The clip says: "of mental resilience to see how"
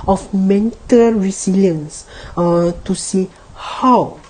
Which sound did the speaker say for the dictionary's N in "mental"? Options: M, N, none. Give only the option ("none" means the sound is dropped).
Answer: N